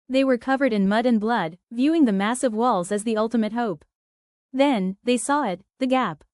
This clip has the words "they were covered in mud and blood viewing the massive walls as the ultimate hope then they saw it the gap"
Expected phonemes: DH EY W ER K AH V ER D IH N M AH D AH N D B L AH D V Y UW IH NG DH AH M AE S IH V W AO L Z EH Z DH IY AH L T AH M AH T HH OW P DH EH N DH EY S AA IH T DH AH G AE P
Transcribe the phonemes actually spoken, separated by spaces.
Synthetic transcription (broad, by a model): DH EY W ER K AH V ER D IH N M AH D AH N B L AH D V Y UW IH NG DH AH M AE S IH V W AO L Z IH Z DH IY AH L T AH M AH T HH OW P DH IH N DH EY S AA IH T DH AH G AE P